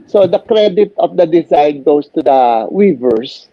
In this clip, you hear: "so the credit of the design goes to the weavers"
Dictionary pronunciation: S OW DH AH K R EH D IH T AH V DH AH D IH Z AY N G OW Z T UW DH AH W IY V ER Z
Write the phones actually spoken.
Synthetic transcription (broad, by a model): S OW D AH K R EH D IH T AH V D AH D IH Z AY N G OW S T UW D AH W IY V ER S